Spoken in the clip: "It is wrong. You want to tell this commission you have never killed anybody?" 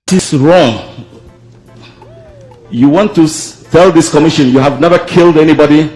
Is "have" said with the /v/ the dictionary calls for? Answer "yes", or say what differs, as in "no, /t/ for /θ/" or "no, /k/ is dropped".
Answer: yes